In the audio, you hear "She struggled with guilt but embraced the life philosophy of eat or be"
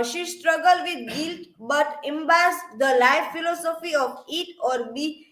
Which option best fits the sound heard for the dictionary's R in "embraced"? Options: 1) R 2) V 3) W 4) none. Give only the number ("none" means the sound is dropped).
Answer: 4